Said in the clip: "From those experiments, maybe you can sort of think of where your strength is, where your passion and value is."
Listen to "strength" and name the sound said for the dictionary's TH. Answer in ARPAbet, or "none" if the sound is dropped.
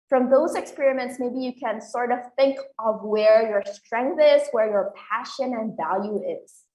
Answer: TH